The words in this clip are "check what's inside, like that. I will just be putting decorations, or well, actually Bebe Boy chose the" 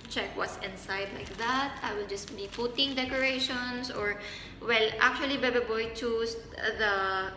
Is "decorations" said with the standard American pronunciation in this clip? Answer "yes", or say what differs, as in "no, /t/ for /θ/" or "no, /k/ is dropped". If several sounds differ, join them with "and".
no, /s/ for /z/